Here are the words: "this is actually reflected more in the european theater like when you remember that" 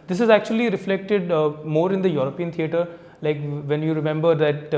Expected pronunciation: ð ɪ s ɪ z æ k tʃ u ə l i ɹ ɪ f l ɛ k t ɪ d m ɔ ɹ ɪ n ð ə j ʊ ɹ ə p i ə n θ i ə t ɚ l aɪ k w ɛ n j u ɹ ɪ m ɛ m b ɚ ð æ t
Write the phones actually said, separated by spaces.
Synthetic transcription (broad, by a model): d ɪ s ɪ z æ k tʃ u ə l i ɹ ɪ f l ɛ k t ɪ d m ɔ ɹ ɪ n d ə j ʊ ɹ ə p i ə n t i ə t ɚ l aɪ k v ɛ n j u ɹ ɪ m ɛ m b ɚ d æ t